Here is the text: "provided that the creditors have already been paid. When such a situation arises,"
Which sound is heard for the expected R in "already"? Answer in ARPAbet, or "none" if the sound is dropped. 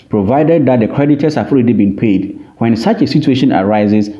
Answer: L